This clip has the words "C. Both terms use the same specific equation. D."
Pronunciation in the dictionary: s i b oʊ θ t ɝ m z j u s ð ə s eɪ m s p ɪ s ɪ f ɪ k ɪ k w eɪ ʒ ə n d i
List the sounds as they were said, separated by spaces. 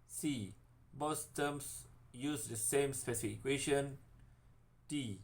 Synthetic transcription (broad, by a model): s i b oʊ s t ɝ m s j u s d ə s eɪ m s p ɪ s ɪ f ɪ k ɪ k w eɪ ʃ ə n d i